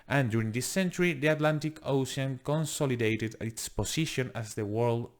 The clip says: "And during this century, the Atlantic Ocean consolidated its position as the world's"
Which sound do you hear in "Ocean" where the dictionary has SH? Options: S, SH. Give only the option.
S